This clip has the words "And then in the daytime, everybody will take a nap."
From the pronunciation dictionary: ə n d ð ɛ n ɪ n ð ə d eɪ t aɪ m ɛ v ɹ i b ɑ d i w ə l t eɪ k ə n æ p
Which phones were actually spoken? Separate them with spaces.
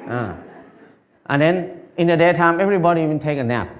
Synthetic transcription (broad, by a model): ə n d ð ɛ n ɪ n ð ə d eɪ t aɪ m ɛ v ɹ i b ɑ d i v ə n t eɪ k ə n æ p